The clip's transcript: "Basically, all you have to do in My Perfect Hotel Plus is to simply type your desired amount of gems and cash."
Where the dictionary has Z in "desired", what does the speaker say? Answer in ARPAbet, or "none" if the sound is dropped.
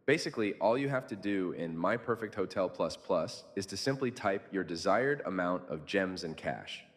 Z